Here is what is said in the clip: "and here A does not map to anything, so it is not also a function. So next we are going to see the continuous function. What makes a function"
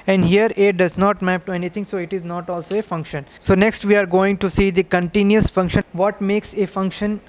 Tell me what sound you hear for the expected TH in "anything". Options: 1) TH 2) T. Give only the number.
2